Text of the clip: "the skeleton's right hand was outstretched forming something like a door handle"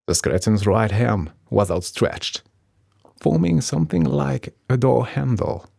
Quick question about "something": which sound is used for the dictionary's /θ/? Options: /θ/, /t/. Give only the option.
/θ/